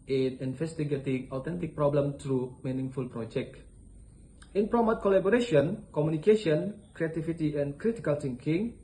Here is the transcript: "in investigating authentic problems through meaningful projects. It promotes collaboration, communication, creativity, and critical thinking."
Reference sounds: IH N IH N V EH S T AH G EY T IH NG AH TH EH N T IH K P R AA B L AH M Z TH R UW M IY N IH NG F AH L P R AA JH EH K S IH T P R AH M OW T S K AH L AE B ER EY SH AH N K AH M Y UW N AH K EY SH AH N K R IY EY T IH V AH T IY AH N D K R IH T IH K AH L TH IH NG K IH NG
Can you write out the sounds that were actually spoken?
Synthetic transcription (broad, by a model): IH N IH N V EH S T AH G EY T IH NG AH T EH N T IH K P R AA B L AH M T R UW M IY N IH NG F AH L P R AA JH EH K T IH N P R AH M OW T K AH L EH B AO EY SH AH N K AH M Y UW N AH K EY SH AH N K R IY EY T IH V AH T IY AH N K R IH T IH K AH L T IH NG K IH NG